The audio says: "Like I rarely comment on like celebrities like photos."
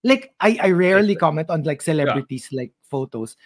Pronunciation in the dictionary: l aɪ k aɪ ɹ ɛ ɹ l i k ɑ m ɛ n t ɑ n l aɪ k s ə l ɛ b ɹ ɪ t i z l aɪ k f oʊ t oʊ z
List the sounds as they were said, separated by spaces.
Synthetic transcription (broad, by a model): l aɪ k aɪ ɹ ɛ ɹ l i k ɑ m ɛ n t ɑ n l aɪ k s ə l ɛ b ɹ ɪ t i s l aɪ k f oʊ t oʊ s